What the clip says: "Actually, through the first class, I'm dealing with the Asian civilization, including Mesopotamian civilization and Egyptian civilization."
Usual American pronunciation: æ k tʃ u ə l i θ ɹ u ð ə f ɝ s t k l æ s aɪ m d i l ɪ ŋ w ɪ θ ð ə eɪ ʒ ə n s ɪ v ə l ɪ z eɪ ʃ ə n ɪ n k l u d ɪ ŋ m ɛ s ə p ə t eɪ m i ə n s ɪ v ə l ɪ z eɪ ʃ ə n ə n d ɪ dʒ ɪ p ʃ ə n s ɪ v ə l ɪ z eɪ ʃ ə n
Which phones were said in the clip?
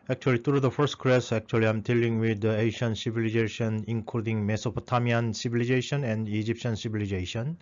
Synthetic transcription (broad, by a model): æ k tʃ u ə l i t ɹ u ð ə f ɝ s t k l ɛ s aɪ m d i l ɪ ŋ w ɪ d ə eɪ ʃ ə n s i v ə l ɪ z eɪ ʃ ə n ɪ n k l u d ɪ ŋ m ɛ s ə p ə t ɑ m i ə n s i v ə l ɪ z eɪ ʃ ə n ə n d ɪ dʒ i p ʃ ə n s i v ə l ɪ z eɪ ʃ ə n